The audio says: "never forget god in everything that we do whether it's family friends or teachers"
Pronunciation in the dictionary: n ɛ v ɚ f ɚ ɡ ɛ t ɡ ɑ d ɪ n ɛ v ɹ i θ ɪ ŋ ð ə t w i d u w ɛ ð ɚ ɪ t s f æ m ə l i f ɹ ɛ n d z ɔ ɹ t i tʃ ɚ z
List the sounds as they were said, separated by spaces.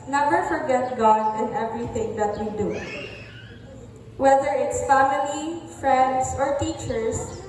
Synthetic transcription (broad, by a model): n ɛ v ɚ f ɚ ɡ ɛ t ɡ ɑ d ɪ n ɛ v ɹ i θ ɪ ŋ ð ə t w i d u w ɛ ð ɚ ɪ t s f æ m ə l i f ɹ ɛ n d s ɔ ɹ t i tʃ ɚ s